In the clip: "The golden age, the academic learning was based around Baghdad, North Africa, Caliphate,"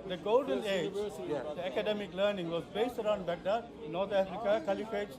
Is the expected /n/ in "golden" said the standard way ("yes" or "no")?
yes